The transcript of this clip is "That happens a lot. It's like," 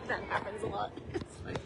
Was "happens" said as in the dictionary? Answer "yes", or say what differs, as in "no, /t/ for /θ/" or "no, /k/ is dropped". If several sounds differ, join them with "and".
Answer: yes